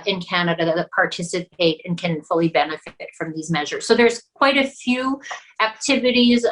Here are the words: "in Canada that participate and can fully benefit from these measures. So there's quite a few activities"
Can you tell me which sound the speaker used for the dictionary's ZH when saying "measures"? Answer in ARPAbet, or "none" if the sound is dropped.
ZH